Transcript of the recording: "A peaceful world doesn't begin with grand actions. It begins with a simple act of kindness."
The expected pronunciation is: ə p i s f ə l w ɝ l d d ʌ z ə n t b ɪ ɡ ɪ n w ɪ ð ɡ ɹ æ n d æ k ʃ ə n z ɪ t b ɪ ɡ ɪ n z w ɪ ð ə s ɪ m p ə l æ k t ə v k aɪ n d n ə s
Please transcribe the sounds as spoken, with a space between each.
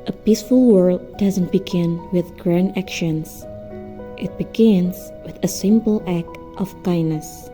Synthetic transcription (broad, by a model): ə p i s f ə l w ɝ l d d ʌ z ə n t b ɪ ɡ ɪ n w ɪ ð ɡ ɹ æ n d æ k ʃ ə n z ɪ t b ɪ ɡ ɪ n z w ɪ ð ə s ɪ m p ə l æ k t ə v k aɪ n n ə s